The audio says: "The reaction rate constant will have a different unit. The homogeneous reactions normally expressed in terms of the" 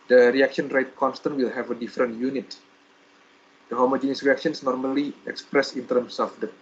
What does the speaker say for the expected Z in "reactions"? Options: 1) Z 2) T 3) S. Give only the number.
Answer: 3